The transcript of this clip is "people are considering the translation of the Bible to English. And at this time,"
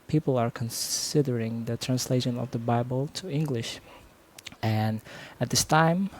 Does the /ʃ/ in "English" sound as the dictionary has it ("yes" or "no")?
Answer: yes